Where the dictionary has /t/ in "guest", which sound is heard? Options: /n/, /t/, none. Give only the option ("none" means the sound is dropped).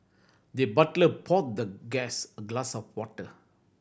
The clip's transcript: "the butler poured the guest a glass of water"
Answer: none